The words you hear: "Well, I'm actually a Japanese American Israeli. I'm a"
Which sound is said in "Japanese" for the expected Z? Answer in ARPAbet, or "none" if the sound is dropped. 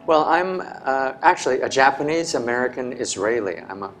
Z